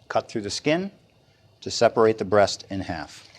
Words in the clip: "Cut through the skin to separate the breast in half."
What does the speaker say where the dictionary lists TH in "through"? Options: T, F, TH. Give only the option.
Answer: TH